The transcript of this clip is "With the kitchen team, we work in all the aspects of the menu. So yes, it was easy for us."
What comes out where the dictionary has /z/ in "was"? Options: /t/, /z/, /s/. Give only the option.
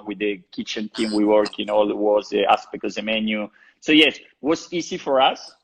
/s/